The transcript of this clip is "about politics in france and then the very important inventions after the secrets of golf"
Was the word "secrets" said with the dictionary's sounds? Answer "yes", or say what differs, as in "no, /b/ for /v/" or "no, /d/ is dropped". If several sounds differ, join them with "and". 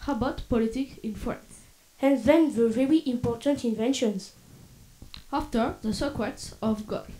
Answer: no, /w/ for /ɹ/